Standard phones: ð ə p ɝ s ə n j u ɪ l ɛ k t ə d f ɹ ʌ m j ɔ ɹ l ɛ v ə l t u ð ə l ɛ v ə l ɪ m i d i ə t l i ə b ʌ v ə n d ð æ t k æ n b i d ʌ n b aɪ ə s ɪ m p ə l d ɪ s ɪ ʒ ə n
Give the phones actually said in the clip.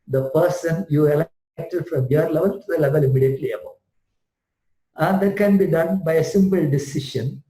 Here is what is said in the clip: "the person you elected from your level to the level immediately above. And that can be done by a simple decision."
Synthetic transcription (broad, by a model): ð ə p ɝ s ə n j u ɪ l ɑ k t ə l f ɹ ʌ m j ɔ ɹ l ɛ v ə l t u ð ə l ɛ v ə l ɪ m i d i ə t l i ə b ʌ ə n d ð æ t k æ n b i d ʌ n b aɪ ə s ɪ m p ə l d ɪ s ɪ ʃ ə n